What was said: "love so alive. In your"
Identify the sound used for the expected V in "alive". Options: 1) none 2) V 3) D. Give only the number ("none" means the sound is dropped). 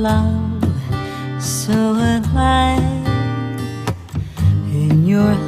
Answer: 1